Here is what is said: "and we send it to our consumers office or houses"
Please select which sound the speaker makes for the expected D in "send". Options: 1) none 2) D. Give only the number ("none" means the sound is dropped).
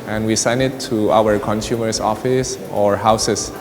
1